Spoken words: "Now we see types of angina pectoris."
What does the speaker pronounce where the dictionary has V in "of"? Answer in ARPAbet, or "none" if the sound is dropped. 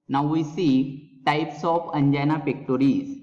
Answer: P